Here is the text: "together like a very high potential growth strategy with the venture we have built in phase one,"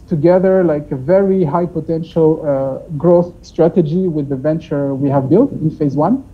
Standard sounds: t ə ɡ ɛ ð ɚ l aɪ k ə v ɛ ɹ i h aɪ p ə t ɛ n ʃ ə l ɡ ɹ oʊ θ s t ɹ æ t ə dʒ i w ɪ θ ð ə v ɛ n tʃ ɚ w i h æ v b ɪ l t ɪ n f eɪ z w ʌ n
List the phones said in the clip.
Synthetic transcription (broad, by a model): t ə ɡ ɛ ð ɚ l aɪ k ə v ɛ ɹ i h aɪ p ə t ɛ n ʃ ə l ɡ ɹ oʊ θ s t ɹ æ t ə dʒ i w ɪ ð ə v ɛ n tʃ ɚ w i h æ v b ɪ l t ɪ n f eɪ z w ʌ n